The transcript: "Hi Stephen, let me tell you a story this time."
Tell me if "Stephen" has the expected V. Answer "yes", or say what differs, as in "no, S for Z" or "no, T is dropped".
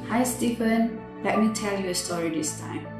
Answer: no, P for V